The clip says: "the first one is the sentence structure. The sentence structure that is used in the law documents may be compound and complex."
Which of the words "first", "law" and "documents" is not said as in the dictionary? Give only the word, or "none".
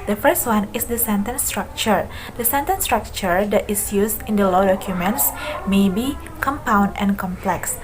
none